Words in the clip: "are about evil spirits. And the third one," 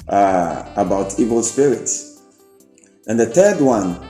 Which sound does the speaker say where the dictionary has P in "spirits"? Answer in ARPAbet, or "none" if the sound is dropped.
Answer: P